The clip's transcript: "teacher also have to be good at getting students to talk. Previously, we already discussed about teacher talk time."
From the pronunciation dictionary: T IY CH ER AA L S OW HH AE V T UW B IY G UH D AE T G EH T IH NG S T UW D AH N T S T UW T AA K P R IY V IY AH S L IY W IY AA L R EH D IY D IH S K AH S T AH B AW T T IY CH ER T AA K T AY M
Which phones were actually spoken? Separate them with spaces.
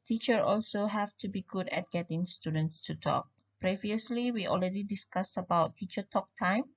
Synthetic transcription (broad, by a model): T IY CH ER AA L S OW HH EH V T UW B IY G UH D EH T G EH T IH NG S T UW D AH N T S T UW T AA K P R IY V IY AH S L IY W IY AA L R EH D IY D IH S K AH S AH B AW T T IY CH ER T AA K T AY M